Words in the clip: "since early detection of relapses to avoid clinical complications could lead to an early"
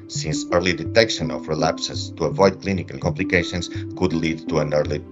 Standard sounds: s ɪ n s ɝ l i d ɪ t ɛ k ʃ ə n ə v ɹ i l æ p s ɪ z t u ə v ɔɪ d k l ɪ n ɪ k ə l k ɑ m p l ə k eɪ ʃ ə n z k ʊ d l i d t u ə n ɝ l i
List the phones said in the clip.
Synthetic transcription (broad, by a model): s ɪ n s ɝ l i d ɪ t ɛ k ʃ ə n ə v ɹ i l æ p s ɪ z t u ə v ɔɪ d k l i n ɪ k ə l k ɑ m p l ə k eɪ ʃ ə n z k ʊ d l i d t u ə n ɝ l i